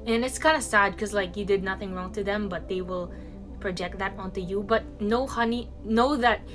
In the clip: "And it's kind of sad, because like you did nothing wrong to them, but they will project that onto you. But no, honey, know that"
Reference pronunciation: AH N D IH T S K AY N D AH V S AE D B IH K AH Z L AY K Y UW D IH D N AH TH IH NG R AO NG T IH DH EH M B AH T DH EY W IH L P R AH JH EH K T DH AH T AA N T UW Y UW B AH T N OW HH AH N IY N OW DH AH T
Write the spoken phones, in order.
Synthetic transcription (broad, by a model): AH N IH T S K AY N D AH S AE D K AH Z L AY K Y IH D IH D N AH TH IH NG R AO NG T IH DH EH M B AH T DH EY W IH L P R AH JH EH K T DH AH T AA N T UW Y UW B AH T N OW HH AH N IY N OW DH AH T